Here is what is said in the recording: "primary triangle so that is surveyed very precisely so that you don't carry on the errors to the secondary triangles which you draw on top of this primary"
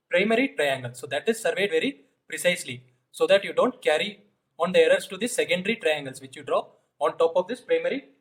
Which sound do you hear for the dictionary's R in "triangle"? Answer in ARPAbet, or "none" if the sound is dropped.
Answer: R